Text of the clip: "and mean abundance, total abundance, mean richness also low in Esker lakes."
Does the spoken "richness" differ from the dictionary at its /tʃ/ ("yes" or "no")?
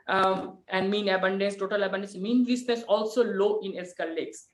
yes